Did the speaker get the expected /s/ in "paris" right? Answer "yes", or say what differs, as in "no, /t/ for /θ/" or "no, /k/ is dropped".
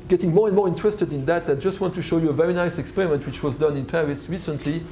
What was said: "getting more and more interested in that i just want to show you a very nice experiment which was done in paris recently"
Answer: yes